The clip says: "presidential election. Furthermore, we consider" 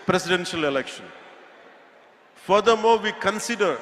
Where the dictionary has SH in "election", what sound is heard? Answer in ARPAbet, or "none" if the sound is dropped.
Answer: SH